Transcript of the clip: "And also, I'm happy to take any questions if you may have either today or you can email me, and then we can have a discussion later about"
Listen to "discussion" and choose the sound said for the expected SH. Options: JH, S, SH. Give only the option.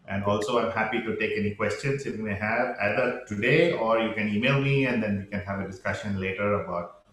SH